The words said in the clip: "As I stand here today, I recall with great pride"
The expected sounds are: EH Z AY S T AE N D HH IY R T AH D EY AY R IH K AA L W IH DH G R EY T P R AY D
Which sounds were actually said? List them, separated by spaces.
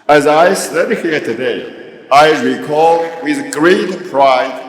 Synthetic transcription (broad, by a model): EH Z AY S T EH D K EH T T AH D EY AY R IH K AA L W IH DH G R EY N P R AY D